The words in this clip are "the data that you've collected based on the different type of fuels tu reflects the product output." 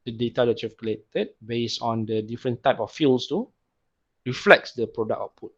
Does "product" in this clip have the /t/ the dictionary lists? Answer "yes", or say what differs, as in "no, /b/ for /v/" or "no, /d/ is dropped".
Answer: no, /t/ is dropped